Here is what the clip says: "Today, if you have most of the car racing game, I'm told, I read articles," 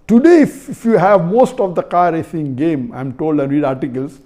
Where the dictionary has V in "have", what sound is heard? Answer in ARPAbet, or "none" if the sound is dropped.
V